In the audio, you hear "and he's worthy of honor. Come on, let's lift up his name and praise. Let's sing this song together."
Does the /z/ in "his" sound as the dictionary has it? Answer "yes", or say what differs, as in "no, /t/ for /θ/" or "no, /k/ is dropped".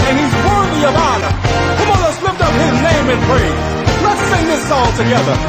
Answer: yes